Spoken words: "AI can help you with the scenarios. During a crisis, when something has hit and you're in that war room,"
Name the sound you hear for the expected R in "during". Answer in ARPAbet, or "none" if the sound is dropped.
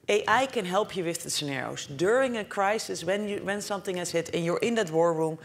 R